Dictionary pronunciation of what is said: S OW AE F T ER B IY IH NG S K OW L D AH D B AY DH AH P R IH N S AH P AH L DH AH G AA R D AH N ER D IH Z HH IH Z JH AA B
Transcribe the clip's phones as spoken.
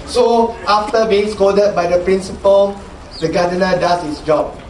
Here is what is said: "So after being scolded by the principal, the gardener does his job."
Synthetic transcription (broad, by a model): S OW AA F T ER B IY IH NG S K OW D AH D B AY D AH P R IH N S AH P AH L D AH G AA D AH N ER D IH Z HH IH S JH AA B